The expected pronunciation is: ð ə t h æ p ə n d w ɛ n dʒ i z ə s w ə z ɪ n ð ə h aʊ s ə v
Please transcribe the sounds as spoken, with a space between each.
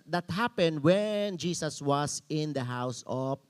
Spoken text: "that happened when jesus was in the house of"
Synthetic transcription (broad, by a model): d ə t h æ p ə n d w ɛ n dʒ i s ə s w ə s ɪ n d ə h aʊ s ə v